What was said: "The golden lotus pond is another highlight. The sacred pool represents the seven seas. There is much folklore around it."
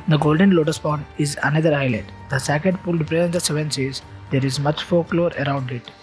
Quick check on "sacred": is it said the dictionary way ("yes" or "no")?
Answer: no